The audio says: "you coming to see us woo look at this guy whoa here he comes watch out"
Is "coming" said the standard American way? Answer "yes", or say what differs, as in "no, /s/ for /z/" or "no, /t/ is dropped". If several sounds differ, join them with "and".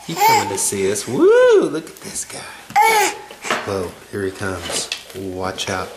no, /m/ is dropped